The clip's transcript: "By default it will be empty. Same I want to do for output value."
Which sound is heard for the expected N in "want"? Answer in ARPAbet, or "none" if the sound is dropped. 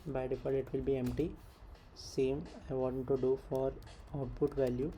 none